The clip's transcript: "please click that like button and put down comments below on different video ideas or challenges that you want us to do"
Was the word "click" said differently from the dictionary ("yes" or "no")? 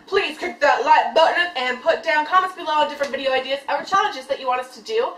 yes